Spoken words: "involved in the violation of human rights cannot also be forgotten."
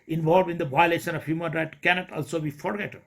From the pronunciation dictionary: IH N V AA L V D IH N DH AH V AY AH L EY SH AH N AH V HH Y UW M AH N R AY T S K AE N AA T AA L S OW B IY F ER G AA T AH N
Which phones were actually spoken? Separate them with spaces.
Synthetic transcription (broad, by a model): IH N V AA L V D IH N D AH V AY AH L EY SH AH N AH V HH Y UW M AH N R AY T K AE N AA T AA L S OW B IY F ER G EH T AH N